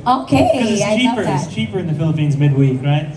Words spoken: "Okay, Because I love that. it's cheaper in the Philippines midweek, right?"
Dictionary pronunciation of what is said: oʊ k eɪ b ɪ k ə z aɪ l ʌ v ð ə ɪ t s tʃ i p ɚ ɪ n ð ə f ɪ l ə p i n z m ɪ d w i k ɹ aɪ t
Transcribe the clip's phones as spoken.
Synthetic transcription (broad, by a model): oʊ k eɪ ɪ ə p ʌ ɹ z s tʃ i p ɚ ɪ n ð ə f ɪ l ə p i n z m ɪ d w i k ɹ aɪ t